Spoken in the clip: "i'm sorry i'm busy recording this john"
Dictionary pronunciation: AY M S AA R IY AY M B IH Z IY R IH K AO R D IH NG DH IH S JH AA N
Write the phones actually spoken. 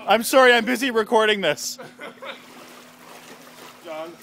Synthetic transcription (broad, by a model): AY M S AA R IY AY M B IH Z IY R IH K AO R D IH NG DH IH S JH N